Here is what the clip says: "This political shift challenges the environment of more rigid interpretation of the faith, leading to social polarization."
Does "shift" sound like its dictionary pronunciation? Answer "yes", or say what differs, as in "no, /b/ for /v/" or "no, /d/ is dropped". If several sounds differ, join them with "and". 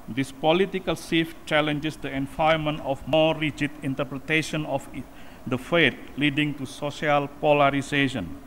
no, /s/ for /ʃ/